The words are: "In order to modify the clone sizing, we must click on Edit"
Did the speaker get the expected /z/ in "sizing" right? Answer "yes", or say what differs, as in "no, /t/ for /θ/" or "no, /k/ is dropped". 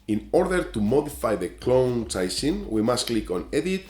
no, /s/ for /z/